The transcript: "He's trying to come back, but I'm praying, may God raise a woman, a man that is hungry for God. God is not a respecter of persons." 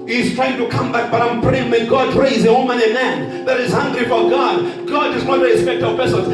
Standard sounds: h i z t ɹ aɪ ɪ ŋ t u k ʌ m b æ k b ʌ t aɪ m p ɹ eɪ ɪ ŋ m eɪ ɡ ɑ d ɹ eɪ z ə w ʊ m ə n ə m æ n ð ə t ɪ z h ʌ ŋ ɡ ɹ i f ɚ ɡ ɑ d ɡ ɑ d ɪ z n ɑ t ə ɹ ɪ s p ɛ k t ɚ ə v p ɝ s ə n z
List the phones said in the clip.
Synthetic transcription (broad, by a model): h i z t ɹ aɪ ɪ ŋ t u k ʌ m b æ k b ʌ t aɪ m p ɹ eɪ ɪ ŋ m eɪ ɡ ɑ d ɹ eɪ z ə w ʊ m ə n ə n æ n ð ə t ɪ z h ʌ ŋ ɡ ɹ i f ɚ ɡ ɑ d ɡ ɑ d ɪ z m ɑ ə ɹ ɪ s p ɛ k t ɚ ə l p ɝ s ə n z